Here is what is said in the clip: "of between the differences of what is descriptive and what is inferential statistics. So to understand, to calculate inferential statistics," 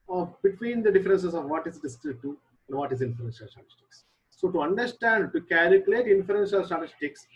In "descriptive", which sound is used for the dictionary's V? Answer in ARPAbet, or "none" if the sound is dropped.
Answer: none